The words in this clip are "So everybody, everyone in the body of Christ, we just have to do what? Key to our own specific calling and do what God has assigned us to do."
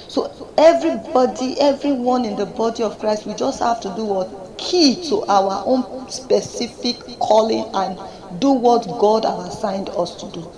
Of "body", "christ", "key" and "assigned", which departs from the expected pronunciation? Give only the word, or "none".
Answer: none